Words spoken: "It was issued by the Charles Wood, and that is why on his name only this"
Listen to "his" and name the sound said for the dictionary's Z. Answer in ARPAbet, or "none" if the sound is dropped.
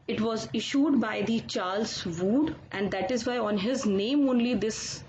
Z